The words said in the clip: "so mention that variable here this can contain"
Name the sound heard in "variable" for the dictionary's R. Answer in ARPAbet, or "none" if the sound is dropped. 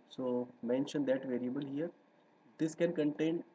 R